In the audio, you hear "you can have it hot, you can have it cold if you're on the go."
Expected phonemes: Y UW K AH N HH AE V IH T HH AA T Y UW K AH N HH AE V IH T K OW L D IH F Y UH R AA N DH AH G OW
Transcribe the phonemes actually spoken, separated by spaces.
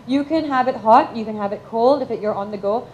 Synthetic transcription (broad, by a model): Y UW K AH N HH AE V IH T HH AA T Y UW K AH N HH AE V IH T K OW L D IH F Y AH R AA N DH AH G OW